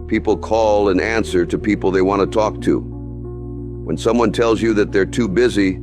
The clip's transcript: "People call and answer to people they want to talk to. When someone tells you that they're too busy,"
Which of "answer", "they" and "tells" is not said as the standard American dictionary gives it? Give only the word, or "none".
none